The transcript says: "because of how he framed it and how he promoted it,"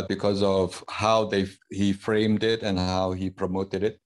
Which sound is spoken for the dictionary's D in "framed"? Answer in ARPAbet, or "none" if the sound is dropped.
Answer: D